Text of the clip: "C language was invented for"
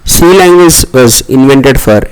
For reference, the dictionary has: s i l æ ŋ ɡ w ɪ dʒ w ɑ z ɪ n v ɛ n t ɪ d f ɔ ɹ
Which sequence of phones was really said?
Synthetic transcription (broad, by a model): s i l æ ŋ ɡ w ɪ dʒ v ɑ z ɪ n v ɛ n t ɪ d f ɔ ɹ